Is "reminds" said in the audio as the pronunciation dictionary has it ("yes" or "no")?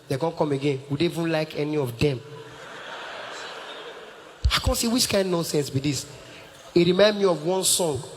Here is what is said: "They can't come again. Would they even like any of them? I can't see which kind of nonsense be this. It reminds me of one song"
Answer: no